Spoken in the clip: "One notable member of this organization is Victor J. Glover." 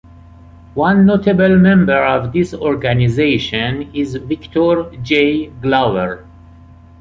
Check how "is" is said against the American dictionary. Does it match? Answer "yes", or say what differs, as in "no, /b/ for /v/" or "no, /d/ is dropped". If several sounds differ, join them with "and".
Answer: yes